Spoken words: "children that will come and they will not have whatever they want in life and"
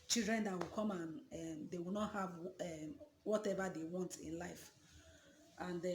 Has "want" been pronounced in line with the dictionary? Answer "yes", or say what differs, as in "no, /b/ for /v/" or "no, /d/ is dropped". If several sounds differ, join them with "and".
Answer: yes